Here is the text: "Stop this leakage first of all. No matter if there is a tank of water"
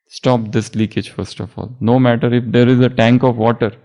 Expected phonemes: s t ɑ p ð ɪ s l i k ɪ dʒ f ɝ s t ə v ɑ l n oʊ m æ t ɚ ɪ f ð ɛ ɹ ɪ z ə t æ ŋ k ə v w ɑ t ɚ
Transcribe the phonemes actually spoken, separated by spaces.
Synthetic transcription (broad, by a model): s t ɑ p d ɪ s l i k ɪ dʒ f ɝ s t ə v ɑ l n oʊ m æ t ɚ ɪ f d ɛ ɹ ɪ z ə t æ ŋ k ə v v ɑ t ɚ